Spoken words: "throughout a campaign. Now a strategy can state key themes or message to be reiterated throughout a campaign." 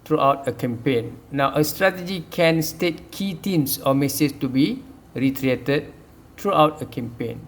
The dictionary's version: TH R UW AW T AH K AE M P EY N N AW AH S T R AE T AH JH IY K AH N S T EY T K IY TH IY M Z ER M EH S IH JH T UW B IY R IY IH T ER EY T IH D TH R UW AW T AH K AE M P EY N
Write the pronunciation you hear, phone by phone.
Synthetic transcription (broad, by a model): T R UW AW T AH K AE M P EY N N AW AH S T R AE T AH JH IY K AH N S T EY T K IY T IY M S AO M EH S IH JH T UW B IY R IY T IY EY T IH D T R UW AW T AH K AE M P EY N